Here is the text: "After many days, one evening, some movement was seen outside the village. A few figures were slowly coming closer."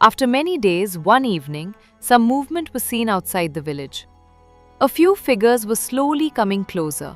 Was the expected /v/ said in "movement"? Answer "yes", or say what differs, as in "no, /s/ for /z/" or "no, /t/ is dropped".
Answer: yes